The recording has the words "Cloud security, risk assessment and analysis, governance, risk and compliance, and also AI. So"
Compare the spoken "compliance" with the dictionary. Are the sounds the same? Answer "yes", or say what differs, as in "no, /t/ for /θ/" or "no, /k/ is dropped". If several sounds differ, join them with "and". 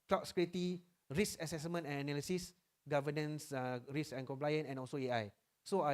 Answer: no, /s/ is dropped